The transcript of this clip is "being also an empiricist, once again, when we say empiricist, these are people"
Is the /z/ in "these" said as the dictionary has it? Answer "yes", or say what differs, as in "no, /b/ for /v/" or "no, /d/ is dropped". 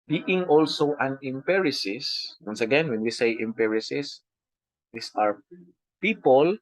no, /s/ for /z/